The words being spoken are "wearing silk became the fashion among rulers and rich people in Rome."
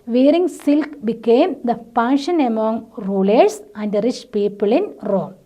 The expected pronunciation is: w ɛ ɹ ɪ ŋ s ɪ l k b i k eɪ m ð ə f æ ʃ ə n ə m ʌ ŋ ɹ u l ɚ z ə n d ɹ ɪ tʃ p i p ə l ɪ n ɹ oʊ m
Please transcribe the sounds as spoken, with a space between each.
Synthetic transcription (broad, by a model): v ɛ ɹ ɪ ŋ s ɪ l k b i k eɪ m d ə p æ ʃ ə n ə m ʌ ŋ ɹ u l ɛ s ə n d ɹ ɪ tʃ p i p ə l ɪ n ɹ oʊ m